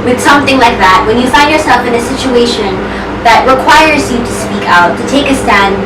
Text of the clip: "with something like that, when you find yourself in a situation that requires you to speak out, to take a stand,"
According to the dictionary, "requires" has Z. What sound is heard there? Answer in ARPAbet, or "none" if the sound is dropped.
Z